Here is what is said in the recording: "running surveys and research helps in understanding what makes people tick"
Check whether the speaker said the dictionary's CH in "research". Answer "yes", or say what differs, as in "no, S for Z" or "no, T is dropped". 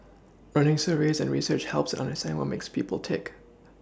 yes